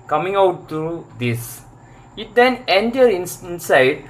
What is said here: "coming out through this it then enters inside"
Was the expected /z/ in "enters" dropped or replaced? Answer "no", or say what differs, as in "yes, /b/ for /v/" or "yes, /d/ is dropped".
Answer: yes, /z/ is dropped